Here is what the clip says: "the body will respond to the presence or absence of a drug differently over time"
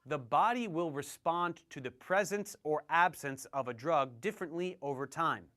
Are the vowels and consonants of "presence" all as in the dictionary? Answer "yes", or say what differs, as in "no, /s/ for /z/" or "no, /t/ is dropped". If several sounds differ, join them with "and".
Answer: yes